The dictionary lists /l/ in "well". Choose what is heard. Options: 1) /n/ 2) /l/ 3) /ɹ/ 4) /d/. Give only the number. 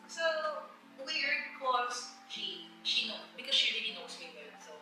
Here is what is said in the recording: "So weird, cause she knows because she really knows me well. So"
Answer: 1